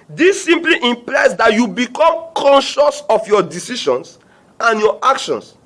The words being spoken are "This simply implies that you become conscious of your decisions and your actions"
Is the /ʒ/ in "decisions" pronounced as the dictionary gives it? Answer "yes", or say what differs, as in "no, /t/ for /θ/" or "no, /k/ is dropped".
no, /ʃ/ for /ʒ/